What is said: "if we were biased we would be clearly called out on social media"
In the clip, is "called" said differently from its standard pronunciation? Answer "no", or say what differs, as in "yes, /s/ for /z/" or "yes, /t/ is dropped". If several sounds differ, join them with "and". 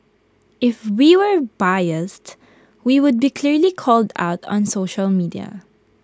no